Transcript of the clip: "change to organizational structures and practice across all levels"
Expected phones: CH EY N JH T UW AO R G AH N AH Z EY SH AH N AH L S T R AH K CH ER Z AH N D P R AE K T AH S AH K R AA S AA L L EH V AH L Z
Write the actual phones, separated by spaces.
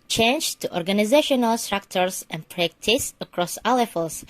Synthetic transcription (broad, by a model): CH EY N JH T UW AO R G AH N AH Z EY SH AH N AH L S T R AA K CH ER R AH N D P R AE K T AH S AH K R AA S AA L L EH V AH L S